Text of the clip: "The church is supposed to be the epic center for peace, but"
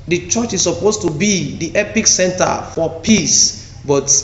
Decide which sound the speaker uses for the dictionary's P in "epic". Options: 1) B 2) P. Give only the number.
2